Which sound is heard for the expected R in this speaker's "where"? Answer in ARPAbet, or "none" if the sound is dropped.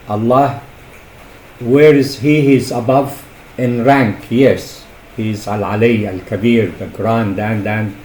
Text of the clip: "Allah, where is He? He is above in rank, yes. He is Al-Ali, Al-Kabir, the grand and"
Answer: R